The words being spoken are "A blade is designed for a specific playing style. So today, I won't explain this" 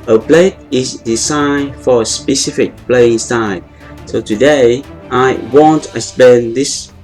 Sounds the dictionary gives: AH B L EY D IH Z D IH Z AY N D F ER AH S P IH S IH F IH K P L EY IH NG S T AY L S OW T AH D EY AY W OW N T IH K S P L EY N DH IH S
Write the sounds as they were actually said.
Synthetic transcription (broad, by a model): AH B L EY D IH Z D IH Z AY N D F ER AH S P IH S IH F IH K P L EY IH NG S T AY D S OW T AH D EY AY W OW N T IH S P EY N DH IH S